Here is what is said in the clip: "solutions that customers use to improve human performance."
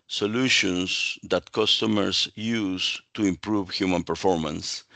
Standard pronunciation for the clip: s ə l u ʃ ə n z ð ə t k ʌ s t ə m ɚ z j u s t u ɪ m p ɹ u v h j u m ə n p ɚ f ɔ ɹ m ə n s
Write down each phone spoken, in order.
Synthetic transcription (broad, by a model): s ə l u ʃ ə n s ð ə t k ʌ s t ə m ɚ s j u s t u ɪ m p ɹ u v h j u m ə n p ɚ f ɔ ɹ m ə n s